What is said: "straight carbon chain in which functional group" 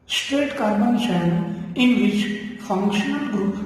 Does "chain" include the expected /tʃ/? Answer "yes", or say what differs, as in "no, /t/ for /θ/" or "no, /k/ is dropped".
no, /ʃ/ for /tʃ/